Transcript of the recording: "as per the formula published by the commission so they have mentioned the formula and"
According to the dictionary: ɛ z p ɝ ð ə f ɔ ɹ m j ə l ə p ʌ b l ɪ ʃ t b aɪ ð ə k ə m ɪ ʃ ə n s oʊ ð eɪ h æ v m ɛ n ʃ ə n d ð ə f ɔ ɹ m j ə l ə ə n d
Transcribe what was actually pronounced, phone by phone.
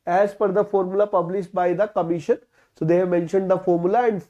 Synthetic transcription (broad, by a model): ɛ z f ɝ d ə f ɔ ɹ m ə l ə p ʌ b l ɪ ʃ t b aɪ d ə k ə m ɪ ʃ ə n s oʊ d eɪ h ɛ v m ɛ n ʃ ə n d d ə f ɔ ɹ m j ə l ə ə n d